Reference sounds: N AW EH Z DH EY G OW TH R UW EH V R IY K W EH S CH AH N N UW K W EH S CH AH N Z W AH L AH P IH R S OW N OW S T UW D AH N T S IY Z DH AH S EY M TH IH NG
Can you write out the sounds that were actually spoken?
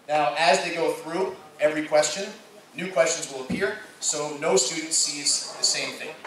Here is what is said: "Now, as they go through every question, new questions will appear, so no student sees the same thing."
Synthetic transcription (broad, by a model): N AW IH Z DH EY G OW TH R UW EH V R IY K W EH S CH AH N N UW K W EH S CH AH N Z W AH L AH P IH R S OW N OW S T UW D N T S IY Z DH AH S EY M TH IH NG